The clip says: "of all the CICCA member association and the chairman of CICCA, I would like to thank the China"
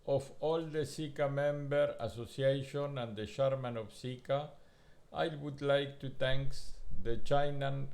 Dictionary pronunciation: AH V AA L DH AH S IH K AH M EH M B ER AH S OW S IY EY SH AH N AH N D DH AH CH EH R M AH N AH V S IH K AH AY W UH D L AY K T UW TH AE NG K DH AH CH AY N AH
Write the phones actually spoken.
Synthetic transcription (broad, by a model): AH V AA L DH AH S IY K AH M EH M B ER AH S OW S IY EY SH AH N AH N D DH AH SH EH R M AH N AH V S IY K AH AY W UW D L AY K T UW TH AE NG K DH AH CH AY N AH